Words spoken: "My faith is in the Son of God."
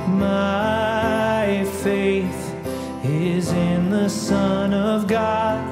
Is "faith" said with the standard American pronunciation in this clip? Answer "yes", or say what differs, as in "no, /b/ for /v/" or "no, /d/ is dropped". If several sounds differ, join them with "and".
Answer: yes